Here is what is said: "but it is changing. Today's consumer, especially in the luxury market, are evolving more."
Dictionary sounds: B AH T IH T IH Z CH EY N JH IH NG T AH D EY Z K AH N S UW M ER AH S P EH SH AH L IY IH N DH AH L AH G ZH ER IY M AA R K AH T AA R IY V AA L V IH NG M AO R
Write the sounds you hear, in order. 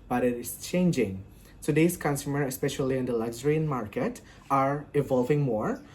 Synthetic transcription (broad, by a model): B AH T IH T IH S CH EY N JH IH NG S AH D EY S K AH N S UW M ER AH S P EH SH AH L IY IH N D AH L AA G Z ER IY M AA R K AH T AA R IY V AA L V IH NG M AO R